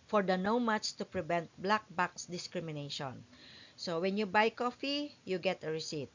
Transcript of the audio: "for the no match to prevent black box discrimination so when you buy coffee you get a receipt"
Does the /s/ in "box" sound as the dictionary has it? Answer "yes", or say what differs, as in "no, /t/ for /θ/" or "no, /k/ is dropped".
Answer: yes